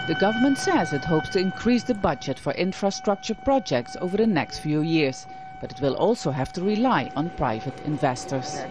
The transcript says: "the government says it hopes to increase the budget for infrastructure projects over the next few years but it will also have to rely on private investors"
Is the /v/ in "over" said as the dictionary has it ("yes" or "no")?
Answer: yes